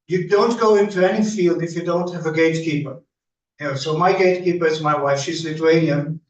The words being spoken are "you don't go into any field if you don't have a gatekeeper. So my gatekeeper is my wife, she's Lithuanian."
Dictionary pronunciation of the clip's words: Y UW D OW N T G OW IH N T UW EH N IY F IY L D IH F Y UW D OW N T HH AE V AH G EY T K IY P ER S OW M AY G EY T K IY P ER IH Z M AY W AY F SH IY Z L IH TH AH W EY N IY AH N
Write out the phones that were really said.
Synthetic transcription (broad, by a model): Y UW D OW N T G OW IH N T UW EH N IY F IY L D IH F Y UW D OW N T HH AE V AH G EY T K IY P ER S OW M AY G EY T K IY P ER IH Z M AY W AY F SH IY Z L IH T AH EY N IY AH N